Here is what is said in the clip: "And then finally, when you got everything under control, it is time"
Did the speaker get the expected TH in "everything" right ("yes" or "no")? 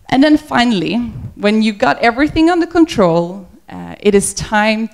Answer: yes